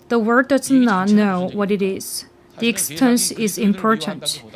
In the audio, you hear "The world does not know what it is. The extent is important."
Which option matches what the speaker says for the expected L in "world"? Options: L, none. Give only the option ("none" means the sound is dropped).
none